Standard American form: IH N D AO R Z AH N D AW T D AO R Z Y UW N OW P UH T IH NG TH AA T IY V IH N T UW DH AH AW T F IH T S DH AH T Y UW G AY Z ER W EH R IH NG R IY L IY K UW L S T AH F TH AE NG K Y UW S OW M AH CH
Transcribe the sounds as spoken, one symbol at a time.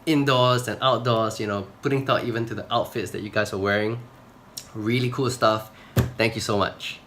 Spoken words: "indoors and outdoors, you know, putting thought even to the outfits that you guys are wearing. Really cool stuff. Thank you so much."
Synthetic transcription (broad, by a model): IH N D AO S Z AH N AW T D AO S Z Y UW N OW P UH T IH NG T AA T IY V IH N T UW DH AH AW T F IH T S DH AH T Y UW G AY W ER W EH R IH NG R IY L IY K UW L S T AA F T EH NG K Y UW S OW M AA CH